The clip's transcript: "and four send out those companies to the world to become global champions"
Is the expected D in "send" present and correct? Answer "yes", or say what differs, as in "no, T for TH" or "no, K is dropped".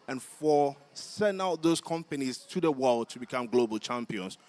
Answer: no, D is dropped